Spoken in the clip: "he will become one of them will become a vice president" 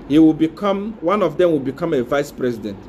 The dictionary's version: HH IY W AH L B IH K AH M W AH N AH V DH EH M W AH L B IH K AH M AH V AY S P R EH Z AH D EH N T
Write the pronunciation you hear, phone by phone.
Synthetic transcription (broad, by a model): HH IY W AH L B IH K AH M W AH N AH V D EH M W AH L B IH K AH M AH V AY S P R EH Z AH D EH N T